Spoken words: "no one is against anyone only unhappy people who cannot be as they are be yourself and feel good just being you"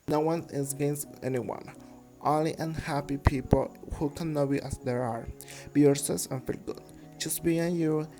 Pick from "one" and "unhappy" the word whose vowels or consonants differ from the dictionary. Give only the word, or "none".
none